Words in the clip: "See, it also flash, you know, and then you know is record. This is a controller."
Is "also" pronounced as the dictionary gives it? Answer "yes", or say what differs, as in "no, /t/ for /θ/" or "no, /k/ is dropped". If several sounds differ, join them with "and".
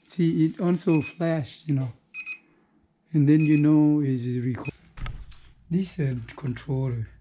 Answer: no, /n/ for /l/